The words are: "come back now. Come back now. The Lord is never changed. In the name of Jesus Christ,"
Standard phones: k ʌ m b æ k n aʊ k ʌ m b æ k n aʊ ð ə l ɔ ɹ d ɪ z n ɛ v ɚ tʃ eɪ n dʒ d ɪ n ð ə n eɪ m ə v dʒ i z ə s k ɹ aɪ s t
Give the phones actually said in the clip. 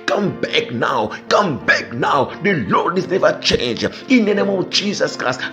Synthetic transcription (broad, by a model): k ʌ m b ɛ k n aʊ k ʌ m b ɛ k n aʊ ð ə l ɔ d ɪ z n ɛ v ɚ tʃ eɪ n dʒ ɪ n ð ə n eɪ m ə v dʒ i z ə s k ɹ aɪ s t